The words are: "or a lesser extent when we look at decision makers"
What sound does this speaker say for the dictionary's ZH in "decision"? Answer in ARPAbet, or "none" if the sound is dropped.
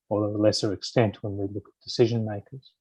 ZH